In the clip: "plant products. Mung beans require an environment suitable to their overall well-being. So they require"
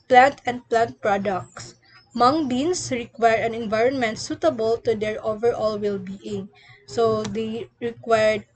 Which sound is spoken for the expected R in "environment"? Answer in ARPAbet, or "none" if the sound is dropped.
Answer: R